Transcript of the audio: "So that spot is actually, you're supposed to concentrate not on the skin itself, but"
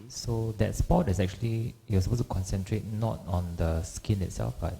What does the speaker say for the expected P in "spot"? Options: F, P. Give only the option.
P